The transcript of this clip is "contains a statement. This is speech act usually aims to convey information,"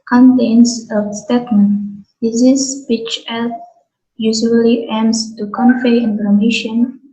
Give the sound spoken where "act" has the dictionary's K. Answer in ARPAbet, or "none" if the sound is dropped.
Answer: none